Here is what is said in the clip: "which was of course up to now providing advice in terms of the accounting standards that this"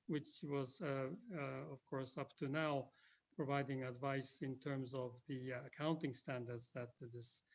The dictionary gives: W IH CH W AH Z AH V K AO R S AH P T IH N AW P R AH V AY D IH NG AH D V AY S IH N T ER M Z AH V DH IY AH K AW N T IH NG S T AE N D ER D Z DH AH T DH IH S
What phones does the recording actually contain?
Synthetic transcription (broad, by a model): W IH CH W AH Z AH V K AO R S AH P T IH N AW P R AH V AY D IH NG AH D V AY S IH N T ER M Z AH V DH IY AH K AW N T IH NG S T AE N D ER D Z DH AH T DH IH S